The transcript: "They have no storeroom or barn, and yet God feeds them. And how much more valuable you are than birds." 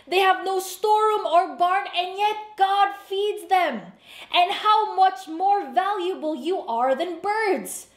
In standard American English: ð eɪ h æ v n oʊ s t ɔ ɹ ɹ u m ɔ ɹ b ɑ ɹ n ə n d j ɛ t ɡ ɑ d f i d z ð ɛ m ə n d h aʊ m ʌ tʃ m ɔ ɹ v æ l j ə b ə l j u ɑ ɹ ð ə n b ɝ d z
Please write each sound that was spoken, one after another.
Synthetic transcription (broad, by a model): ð eɪ h æ v n oʊ s t ɔ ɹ ɹ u m ɔ ɹ b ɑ ɹ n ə n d j ɛ t ɡ ɑ d f i d z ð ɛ m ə n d h aʊ m ʌ tʃ m ɔ ɹ v æ l j ə b ə l j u ɑ ɹ ð ə n b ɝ d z